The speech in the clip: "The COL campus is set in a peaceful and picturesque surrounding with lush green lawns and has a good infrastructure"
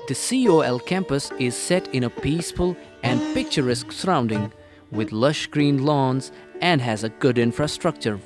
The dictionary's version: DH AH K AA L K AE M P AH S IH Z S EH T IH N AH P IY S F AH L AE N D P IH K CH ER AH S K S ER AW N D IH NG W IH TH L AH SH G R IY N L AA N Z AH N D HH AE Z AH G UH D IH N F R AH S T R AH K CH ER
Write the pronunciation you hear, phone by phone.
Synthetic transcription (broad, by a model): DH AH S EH L K AE M P AH S IH Z S EH T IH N AH P IY S F AH L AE N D P IH K CH ER AH S K S ER AW N D IH NG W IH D L AH SH G R IY N L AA N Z AH N D HH AE Z AH G UH D IH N F R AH S T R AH K CH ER